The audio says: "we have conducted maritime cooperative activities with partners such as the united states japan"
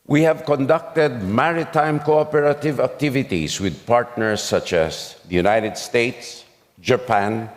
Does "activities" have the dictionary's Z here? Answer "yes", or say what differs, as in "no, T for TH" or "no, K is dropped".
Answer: no, S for Z